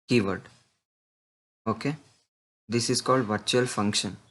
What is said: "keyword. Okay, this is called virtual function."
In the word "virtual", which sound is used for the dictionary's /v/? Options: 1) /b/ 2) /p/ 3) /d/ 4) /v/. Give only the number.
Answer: 4